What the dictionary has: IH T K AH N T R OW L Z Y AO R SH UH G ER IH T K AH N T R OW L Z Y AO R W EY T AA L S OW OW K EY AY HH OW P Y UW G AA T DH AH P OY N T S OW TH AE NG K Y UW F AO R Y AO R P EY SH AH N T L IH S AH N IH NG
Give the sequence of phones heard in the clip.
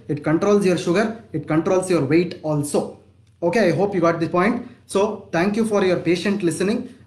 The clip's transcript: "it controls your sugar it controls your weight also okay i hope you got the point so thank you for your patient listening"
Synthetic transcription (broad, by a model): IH T K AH N T R OW L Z Y AO R SH UH G ER IH T K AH N T R OW L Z Y AO R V EY T AA L S OW OW K EY AY HH OW P Y UW G AA T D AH P OY N T S OW T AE NG K Y UW F AO R Y AO R P EY SH AH N T L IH S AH N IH NG